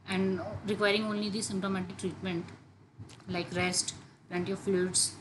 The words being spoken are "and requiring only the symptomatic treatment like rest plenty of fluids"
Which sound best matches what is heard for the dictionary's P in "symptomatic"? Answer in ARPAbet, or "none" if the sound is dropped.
P